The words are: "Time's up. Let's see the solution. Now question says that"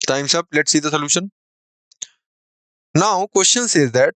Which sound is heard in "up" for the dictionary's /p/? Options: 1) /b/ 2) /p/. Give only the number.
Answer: 1